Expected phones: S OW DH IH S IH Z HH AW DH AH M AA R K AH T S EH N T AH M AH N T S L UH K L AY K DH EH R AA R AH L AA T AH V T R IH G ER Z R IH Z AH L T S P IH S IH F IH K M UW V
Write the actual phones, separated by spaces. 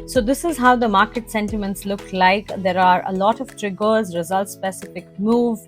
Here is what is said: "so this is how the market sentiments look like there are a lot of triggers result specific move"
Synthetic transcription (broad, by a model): S OW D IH S IH Z HH AW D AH M AA R K AH T S EH N T AH M AH N T S L UH K L AY K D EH R AA R AH L AA T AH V T R IH G ER Z R IH Z AH L T S P IH S IH F IH K M UW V